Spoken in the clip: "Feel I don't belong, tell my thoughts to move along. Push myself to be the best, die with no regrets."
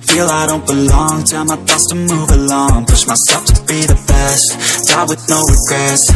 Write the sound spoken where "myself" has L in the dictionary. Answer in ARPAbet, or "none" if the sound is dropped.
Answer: none